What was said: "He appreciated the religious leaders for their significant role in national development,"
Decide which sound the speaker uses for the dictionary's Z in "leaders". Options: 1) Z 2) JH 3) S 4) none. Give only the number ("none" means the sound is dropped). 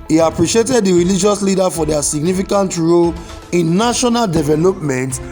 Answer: 4